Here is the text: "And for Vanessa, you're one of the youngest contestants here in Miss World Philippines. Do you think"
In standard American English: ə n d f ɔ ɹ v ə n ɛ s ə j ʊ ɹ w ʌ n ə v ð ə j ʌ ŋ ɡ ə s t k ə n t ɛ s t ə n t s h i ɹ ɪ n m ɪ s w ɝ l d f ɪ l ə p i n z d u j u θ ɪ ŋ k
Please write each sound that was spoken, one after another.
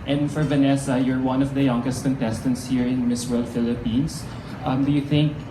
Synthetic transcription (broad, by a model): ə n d f ɔ ɹ v ə n ɛ s ə j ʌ ɹ w ʌ n ə v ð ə j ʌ ŋ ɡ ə s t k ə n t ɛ s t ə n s h i ɹ ɪ n m ɪ s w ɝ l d f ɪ l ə p i n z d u j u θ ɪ ŋ k